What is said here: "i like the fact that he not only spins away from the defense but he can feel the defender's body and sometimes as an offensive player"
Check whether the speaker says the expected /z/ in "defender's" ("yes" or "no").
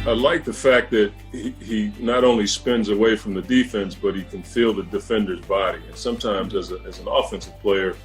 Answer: yes